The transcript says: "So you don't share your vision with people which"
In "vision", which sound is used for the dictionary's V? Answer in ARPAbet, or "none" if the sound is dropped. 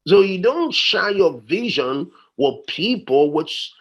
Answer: V